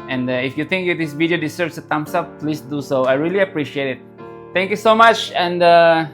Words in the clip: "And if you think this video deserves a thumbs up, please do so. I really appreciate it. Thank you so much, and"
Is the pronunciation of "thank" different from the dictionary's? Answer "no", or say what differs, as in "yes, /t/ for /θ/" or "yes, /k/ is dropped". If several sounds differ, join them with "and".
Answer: yes, /t/ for /θ/